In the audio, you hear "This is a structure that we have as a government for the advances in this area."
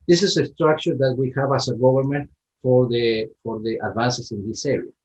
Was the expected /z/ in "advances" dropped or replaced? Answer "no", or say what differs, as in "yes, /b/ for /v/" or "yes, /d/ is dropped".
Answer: yes, /s/ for /z/